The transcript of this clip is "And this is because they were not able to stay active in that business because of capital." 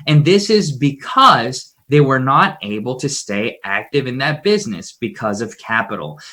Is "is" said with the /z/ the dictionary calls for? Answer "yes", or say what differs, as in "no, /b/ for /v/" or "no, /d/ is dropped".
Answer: yes